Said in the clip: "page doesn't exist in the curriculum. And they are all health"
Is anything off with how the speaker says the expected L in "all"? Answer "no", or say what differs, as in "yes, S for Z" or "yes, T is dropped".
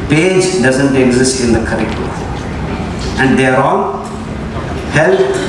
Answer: yes, N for L